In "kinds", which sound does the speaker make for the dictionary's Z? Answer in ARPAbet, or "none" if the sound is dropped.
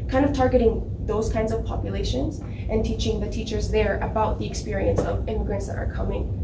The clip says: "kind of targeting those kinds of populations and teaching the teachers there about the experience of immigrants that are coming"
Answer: Z